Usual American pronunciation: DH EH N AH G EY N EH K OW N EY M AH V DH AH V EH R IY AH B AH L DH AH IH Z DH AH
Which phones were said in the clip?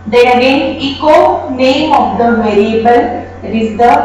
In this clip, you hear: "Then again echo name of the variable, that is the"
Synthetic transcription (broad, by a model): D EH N AH G EY N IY K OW N EY M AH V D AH V EH R IY AH B AH L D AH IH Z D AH